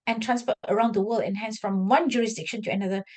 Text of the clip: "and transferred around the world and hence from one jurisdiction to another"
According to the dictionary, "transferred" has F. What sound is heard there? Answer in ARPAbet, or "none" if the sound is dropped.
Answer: P